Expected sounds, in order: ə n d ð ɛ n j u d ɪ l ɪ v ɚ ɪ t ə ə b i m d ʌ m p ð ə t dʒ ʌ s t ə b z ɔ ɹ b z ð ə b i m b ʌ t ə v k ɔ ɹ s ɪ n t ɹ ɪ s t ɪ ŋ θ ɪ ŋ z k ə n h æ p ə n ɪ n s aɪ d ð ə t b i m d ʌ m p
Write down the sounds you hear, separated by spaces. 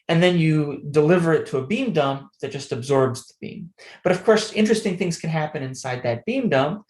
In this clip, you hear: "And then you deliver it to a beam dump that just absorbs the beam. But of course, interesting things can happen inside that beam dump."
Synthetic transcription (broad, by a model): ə n ð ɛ n j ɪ d ɪ l ɪ v ɚ ɪ t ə ə b i m d ʌ m p ð ə t dʒ ʌ s t ə b z ɔ ɹ b z ð ə b i m b ʌ t ə v k ɔ ɹ s ɪ n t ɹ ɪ s t ɪ ŋ θ ɪ ŋ z k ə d h æ p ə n ɪ n s aɪ d ð ə t b i m d ʌ m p